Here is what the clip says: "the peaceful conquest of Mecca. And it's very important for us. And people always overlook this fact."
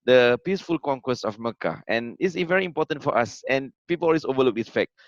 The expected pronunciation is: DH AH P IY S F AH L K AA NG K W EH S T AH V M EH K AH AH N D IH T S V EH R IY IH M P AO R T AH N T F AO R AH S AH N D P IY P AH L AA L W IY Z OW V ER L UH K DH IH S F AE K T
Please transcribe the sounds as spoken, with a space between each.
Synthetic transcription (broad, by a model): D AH P IY S F AH L K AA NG K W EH S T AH F M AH K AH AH N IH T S V EH R IY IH M P AO T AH N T F AO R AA S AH N P IY P AH L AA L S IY OW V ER L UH K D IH S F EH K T